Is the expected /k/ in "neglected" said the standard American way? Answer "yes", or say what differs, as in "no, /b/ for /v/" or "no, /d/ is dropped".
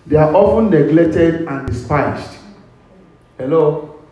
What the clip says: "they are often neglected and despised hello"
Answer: no, /k/ is dropped